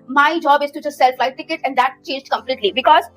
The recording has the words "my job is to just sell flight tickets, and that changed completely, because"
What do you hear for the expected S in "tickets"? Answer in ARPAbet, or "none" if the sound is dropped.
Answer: none